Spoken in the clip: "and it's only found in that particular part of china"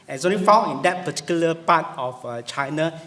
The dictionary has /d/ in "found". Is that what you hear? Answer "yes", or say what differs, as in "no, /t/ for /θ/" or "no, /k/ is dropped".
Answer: no, /d/ is dropped